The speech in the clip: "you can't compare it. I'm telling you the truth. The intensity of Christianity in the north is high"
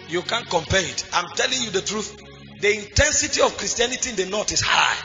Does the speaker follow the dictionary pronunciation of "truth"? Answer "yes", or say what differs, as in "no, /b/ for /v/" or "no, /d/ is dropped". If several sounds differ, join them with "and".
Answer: yes